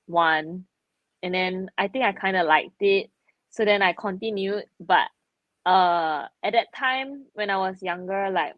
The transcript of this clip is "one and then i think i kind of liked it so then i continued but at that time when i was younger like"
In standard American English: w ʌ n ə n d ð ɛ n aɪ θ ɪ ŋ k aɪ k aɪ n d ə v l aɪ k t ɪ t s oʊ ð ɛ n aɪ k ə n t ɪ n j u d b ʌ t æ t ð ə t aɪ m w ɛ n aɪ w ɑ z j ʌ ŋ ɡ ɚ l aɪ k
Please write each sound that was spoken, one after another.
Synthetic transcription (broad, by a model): w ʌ n ə n d ɛ n aɪ t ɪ ŋ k aɪ k aɪ n d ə l aɪ k t ɪ t s oʊ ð ɛ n aɪ k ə n t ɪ n j u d b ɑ t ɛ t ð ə t aɪ m w ɛ n aɪ w ɑ s j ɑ ŋ ɡ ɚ l aɪ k